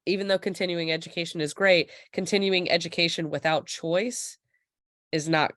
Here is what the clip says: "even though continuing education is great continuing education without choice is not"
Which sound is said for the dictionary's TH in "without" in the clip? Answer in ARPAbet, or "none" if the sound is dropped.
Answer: TH